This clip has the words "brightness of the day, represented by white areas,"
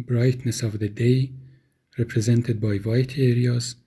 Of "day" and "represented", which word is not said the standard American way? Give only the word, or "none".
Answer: none